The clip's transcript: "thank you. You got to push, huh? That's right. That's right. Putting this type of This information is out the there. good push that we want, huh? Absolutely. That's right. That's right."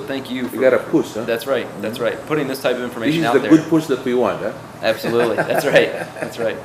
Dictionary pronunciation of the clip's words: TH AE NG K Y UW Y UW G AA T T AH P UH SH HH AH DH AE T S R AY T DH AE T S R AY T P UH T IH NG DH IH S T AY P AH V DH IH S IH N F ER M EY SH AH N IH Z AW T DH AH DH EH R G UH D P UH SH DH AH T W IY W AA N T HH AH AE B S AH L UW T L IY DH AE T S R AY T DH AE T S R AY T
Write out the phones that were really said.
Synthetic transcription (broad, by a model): TH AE NG K Y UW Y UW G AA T T AH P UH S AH DH AE T S R AY T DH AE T S R AY T P UH T IH NG DH IH S T AY P AH V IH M F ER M EY AH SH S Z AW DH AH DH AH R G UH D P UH S DH AH T W IY W AA N T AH AE B S AH L UW T L IY DH AE T S R AY T DH AE T S R AY T